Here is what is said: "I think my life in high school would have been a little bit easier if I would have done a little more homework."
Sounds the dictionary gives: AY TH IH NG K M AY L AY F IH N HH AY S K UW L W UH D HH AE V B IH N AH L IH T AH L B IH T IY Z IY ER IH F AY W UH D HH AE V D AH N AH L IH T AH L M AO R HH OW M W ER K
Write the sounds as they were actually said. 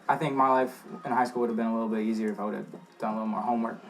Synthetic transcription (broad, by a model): AY TH IH NG K M AY L AY F IH N HH AY S K UW L W UH D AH V B IH N AH L IH T L B IH T IY Z IY ER IH F AY W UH D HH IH V D AH N AH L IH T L M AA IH HH OW M W ER K